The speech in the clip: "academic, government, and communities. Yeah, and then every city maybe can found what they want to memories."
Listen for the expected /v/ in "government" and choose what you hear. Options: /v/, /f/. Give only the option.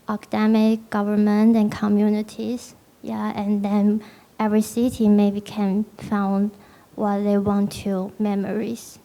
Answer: /v/